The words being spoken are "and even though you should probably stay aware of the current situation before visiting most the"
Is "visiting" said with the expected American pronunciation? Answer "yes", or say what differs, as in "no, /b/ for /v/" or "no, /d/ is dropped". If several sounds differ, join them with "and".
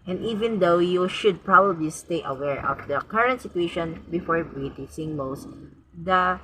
no, /s/ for /t/